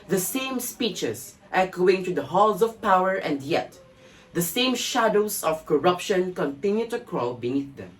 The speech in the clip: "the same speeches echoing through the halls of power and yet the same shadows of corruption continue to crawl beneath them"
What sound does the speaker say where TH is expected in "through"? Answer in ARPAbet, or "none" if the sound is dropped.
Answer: T